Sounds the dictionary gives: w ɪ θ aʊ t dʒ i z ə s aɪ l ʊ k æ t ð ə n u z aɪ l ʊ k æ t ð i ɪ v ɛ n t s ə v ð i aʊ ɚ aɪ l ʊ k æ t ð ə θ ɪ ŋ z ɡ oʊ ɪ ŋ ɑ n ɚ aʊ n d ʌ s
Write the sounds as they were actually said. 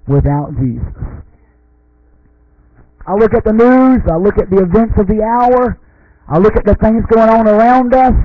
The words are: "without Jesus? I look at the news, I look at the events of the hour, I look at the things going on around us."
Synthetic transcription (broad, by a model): w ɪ θ aʊ t dʒ i z ə s aɪ l ʊ k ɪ t ð ə n u z aɪ l ʊ k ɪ t ð i ɪ v ɛ n t s ə v ð i aʊ ɚ aɪ l ʊ k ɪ t ð ə θ ɪ ŋ z ɡ oʊ ɪ ŋ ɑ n ɚ aʊ n d ʌ s